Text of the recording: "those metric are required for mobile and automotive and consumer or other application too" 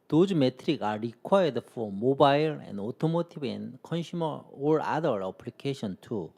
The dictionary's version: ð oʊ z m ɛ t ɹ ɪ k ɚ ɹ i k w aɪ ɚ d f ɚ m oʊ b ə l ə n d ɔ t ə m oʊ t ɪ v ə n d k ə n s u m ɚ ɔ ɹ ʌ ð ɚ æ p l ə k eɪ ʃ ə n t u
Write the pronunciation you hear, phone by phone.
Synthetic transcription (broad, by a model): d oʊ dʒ m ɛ t ɹ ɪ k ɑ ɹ i k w aɪ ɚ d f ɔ m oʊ b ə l ə n d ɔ t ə m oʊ t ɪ b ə n k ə n ʃ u m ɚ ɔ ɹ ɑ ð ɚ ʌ p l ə k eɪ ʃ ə n t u